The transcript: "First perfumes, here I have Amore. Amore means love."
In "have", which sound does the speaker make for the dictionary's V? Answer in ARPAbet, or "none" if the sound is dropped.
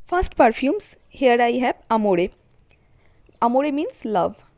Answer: B